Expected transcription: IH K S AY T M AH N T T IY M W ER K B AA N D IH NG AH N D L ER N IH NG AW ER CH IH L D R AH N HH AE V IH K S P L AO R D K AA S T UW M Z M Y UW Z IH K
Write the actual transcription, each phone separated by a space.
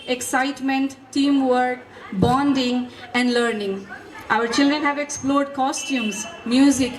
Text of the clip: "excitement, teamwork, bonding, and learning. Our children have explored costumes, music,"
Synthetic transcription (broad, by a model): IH K S AY T M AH N T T IY M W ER K B AA N D IH NG AH N D L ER N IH NG AW ER CH IH L D R AH N HH AE V IH K S P L AO R D K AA S T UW M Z M Y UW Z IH K